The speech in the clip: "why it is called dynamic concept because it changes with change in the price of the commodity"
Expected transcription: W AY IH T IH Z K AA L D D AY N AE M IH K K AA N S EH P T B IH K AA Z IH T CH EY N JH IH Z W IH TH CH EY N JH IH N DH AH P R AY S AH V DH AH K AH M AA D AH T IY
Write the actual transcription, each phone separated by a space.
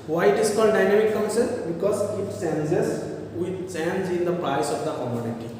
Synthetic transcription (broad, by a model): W AY IH T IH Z K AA L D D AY N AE M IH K K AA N S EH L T B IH K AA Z IH T S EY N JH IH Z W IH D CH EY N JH IH N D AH P R AY S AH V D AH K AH M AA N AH T IY